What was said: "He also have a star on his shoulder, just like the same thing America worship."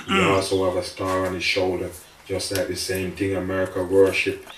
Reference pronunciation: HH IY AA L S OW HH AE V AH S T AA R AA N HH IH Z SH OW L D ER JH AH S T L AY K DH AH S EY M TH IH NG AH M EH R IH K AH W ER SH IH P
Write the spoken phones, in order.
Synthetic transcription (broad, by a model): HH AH AA L S OW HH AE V AH S T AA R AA N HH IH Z SH OW L D ER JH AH S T L AY K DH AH S EY M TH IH NG AH M EH R IH K AH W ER SH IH P